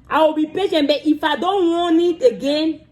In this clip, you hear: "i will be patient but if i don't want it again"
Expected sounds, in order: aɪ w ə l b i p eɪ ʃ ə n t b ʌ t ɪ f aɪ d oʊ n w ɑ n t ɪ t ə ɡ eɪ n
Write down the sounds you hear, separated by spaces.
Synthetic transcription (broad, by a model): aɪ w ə b i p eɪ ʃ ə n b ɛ t ɪ f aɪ d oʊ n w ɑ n ɪ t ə ɡ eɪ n